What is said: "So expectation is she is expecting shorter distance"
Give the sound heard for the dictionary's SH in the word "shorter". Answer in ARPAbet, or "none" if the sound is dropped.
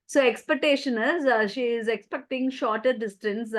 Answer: SH